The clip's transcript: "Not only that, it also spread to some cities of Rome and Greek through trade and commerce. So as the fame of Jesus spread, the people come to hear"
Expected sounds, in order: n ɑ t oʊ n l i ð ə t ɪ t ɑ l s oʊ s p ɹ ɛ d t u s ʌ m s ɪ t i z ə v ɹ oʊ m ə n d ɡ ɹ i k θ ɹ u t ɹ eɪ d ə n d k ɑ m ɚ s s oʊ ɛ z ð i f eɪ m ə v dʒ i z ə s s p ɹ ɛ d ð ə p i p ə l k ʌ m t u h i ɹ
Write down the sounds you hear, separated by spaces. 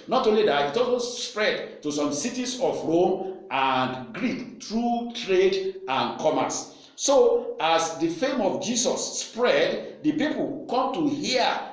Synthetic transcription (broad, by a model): n ɑ t oʊ n l i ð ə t ɪ t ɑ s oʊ s p ɹ ɛ d t u s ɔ m s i t i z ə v ɹ oʊ m ə n d ɡ ɹ i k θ ɹ u t ɹ eɪ d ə n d k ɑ m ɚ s s oʊ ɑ s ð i f eɪ m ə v dʒ i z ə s s p ɹ ɛ d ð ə p i p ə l k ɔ m t u h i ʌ